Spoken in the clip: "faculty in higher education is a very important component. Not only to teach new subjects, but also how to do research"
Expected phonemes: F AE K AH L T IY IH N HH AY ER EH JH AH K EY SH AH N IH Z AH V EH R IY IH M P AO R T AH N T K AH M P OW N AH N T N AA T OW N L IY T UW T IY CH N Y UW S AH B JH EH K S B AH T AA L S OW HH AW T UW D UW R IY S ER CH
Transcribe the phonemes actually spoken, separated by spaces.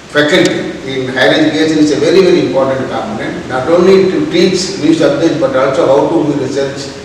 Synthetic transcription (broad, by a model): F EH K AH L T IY IH N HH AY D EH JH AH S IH S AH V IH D AH V EH R IY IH M P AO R T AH N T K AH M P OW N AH N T N AA T OW N L IY T UW T IY CH N Y UW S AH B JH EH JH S B AH T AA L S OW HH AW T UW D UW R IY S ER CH